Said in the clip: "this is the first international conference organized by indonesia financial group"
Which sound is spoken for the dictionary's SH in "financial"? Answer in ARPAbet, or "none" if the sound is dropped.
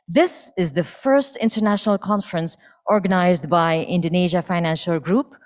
SH